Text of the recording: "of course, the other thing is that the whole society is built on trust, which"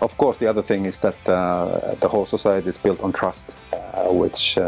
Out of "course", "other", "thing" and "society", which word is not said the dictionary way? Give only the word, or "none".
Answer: none